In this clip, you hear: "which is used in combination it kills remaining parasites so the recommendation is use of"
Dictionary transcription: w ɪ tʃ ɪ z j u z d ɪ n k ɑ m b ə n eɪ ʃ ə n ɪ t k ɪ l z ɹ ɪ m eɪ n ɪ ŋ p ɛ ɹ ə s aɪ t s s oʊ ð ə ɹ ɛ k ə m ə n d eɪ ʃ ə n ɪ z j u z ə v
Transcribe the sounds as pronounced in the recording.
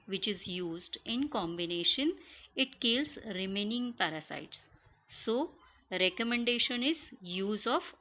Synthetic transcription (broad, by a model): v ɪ tʃ ɪ z j u z d ɪ n k ɑ m b ə n eɪ ʃ ə n ɪ t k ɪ l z ɹ ɪ m eɪ n ɪ ŋ p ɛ ɹ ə s aɪ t s s oʊ ɹ ɛ k ə m ə n d eɪ ʃ ə n ɪ z j u z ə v